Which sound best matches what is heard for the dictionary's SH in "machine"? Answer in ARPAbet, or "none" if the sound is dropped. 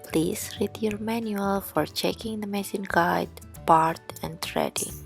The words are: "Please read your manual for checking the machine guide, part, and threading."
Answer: S